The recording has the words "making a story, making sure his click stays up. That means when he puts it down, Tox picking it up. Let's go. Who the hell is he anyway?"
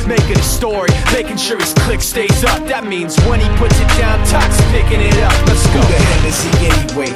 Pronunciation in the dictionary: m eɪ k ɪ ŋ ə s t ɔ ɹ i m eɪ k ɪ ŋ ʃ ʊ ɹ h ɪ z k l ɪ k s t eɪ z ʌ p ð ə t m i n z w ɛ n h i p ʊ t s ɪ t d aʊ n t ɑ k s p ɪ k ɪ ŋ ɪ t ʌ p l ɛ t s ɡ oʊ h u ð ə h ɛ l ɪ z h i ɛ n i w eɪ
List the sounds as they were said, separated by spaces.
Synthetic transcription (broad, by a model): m eɪ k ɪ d ə s t ɔ ɹ i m eɪ k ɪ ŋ ʃ ʊ ɹ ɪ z k l ɪ k s t eɪ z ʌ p ð ə t m i n z w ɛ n i p ʊ t s ɪ t d aʊ n t ɑ k s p ɪ k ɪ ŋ ɪ t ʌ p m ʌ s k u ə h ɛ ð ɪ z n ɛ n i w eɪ